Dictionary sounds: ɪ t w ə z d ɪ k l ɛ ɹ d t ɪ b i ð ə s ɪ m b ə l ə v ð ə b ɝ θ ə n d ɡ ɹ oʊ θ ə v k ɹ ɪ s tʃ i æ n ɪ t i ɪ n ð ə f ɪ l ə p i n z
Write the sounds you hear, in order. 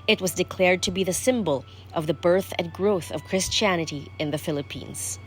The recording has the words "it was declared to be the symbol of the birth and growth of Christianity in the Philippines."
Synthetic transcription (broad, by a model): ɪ t w ə z d ɪ k l ɛ ɹ d t ɪ b i ð ə s ɪ m b ə l ə v ð ə b ɝ θ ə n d ɡ ɹ oʊ θ ə v k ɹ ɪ s tʃ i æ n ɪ t i ɪ n ð ə f ɪ l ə p i n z